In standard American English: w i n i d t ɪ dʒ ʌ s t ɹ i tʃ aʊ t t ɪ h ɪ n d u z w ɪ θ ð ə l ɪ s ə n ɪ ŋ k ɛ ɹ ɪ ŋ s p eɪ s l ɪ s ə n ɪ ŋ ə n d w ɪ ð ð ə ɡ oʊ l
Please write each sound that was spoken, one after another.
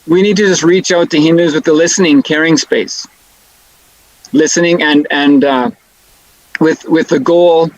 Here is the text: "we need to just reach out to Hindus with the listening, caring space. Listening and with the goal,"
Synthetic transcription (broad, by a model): w i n i d t ɪ dʒ ʌ s t ɹ i tʃ aʊ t t ɪ h ɪ n d u z w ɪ ð ə l ɪ s ə n ɪ ŋ k ɛ ɹ ɪ ŋ s p eɪ s l ɪ s ə n ɪ ŋ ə n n w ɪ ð ð ə ɡ oʊ l